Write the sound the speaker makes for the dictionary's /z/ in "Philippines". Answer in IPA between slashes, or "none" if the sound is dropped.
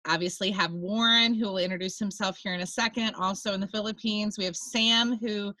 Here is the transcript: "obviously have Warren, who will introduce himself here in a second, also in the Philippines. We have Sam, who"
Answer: /z/